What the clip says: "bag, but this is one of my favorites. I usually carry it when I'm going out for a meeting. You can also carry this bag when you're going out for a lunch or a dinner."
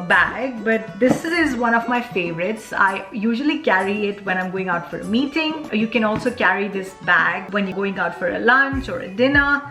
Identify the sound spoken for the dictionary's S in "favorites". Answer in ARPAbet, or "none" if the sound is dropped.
S